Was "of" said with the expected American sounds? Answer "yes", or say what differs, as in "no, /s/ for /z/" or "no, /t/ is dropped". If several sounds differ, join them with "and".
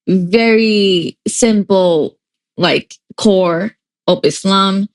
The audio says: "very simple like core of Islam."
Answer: no, /p/ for /v/